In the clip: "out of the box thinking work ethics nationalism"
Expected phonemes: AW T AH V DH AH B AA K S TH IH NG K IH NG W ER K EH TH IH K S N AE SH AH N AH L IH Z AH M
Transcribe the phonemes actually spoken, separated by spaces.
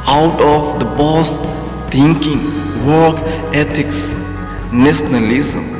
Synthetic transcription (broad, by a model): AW T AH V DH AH B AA S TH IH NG K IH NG W ER K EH T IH K S N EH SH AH N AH L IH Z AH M